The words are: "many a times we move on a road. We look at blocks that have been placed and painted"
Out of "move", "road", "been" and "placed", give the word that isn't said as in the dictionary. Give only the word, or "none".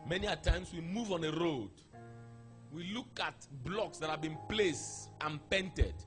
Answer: none